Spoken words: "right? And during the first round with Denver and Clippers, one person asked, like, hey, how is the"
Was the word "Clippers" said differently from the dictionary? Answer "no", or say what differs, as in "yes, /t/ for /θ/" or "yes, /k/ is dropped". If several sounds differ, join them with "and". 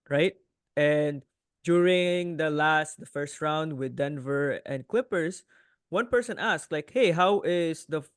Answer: yes, /s/ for /z/